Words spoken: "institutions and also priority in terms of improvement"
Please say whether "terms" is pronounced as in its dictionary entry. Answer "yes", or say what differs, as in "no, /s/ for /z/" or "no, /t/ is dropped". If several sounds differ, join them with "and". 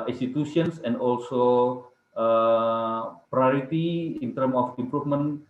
no, /z/ is dropped